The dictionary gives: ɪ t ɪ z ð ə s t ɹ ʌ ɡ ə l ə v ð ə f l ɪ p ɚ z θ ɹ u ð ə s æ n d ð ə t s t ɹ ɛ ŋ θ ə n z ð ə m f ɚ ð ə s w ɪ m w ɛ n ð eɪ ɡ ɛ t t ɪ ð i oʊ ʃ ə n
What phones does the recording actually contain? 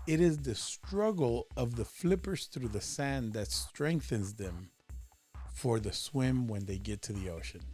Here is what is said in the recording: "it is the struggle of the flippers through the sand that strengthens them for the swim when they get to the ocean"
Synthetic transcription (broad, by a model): ɪ t ɪ z ð ə s t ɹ ʌ ɡ l ə v ð ə f l ɪ p ɚ z θ ɹ u ð ə s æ n ð ə t s t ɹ ɛ ŋ θ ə n z ð ə m f ɚ ð ə s w ɪ m w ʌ n ð eɪ ɡ ɛ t t ɪ ð i oʊ ʃ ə n